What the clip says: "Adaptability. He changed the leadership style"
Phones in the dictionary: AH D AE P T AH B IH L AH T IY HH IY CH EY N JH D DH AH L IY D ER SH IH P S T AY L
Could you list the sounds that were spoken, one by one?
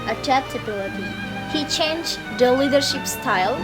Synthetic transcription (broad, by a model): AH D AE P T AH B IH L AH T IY HH IY CH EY N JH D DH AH L IY D ER SH IH P S T AY L